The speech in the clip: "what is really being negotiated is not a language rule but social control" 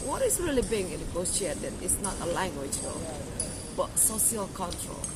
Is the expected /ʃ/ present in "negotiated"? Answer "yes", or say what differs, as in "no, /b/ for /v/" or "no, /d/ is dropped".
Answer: no, /s/ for /ʃ/